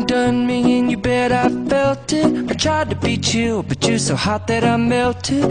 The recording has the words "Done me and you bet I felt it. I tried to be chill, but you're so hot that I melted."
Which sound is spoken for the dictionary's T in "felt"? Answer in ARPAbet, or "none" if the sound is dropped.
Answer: T